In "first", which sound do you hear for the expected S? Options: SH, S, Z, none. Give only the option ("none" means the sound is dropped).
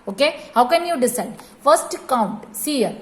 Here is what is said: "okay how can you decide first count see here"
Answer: S